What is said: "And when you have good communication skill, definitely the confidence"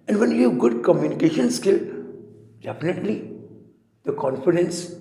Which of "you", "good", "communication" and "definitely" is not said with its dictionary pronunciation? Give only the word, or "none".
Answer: none